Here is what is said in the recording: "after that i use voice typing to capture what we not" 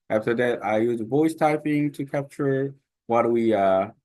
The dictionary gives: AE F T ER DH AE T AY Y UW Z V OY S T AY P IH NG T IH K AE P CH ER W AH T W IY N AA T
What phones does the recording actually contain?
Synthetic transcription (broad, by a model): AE F T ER DH AE T AY Y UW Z V OY S T AY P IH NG T IH K AE P CH ER W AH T W IY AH